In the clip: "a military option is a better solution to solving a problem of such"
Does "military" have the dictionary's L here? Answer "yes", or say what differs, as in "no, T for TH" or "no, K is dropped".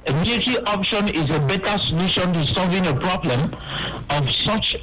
no, L is dropped